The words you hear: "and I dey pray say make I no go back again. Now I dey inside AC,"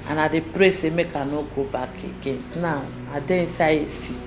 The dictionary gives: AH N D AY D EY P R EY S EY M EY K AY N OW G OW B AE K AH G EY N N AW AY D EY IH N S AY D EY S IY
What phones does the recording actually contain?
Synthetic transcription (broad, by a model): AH N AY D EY P R EY S EY M EY K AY N OW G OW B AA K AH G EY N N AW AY D EY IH S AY EY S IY